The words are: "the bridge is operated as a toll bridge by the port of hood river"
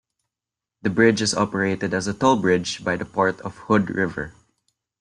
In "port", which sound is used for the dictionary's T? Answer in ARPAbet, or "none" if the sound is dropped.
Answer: T